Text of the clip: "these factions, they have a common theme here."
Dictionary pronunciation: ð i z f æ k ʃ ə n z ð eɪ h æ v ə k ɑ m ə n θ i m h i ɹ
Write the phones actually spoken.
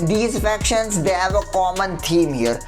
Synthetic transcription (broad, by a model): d i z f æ k ʃ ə n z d eɪ h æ v ə k ɑ m ə n t i m h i ɹ